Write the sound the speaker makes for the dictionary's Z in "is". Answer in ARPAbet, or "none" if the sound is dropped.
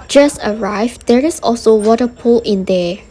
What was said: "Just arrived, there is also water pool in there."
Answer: S